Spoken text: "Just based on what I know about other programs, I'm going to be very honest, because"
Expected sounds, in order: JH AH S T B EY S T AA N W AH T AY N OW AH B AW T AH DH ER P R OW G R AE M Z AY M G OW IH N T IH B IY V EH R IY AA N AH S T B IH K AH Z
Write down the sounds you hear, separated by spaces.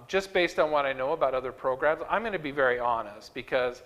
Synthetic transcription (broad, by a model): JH AH S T B EY S T N W AH T AY N OW AH B AW T AH DH ER P R OW G R AE M Z AY M G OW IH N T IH B IY V EH R IY AA N AH S T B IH K AH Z